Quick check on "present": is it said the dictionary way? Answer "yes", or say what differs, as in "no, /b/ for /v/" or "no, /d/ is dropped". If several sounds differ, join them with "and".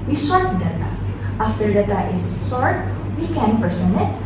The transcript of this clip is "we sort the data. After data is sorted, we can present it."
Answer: no, /t/ is dropped